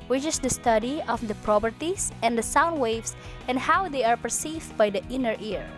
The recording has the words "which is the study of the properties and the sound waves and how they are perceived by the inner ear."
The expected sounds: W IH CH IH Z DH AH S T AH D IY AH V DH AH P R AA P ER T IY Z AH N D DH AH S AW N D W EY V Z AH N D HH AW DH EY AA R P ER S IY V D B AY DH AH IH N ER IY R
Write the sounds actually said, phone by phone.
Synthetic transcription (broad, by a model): W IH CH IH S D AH S T AH D IY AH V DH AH P R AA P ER T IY S AH N D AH S AW N D W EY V S AH N D HH AW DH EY AA R P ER S IY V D B AY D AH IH N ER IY R